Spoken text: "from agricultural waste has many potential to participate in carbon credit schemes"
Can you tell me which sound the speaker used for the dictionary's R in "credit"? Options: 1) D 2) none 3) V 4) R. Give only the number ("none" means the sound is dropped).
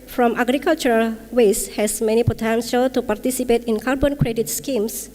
4